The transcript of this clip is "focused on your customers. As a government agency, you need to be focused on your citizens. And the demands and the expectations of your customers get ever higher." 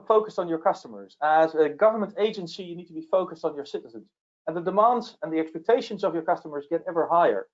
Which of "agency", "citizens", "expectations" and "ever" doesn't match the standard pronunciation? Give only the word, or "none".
none